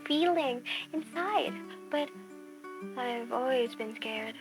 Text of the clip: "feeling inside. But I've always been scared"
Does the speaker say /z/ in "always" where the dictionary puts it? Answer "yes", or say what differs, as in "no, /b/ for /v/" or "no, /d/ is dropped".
yes